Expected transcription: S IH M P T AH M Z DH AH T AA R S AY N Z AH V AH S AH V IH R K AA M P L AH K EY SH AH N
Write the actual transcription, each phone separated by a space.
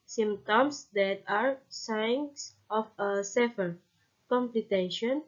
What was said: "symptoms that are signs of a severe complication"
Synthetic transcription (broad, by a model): S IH M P T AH M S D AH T AA R S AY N S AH F AH S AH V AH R K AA M P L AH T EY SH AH N